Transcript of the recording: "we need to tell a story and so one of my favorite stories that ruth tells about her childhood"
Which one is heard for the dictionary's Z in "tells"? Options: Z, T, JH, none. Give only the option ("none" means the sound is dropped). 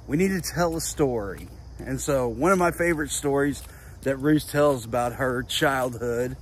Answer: Z